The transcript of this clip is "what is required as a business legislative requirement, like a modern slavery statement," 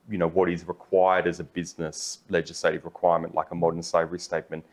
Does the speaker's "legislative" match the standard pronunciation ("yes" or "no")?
yes